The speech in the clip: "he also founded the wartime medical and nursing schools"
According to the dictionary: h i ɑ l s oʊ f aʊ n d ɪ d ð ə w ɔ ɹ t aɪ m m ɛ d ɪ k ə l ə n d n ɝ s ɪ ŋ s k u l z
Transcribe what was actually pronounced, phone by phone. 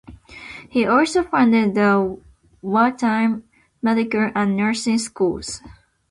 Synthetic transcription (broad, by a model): h i ɑ l s oʊ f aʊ n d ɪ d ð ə w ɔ l t aɪ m m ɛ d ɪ k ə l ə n n ɝ s ɪ ŋ s k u l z